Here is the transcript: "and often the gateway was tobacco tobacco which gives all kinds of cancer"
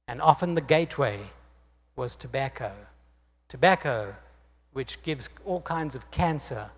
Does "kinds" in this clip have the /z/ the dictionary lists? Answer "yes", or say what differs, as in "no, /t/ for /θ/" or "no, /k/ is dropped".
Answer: yes